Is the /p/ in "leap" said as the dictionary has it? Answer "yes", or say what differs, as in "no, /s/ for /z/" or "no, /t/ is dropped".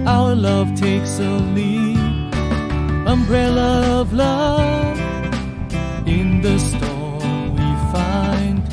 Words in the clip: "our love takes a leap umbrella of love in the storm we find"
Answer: no, /p/ is dropped